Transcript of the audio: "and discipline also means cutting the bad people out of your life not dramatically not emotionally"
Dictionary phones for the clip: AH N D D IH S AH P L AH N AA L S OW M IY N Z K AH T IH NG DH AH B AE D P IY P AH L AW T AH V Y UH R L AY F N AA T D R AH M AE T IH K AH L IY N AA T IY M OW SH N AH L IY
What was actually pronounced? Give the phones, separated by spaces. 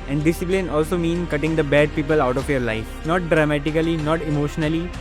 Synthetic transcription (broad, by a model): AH N D D IH S AH P L AH N AA L S OW M IY N K AH T IH NG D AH B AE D P IY P AH L AW T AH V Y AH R L AY F N AA T D R AH M AE T IH K AH L IY N AA T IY M OW SH N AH L IY